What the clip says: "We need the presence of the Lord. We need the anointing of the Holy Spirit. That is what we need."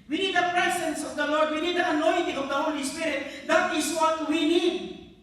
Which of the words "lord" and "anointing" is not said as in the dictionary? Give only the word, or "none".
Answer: none